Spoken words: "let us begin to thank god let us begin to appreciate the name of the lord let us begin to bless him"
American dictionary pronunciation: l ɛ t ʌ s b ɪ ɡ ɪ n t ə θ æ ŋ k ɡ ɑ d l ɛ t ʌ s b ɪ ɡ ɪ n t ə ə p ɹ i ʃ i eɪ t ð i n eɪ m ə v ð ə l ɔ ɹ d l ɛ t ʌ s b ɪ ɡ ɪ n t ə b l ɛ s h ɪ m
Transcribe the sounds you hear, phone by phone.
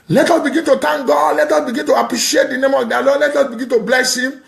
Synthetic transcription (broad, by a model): l ɛ t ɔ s b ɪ ɡ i n t ə t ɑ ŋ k ɡ ɑ d l ɛ t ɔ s b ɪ ɡ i n t ə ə p ɹ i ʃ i eɪ t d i n eɪ m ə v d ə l ɔ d l ɛ t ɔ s b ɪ ɡ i n t ə b l ɛ s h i m